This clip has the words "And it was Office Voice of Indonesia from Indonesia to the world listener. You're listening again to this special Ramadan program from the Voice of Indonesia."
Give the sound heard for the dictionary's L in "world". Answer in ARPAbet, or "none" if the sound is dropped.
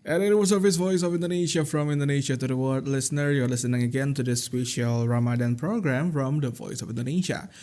none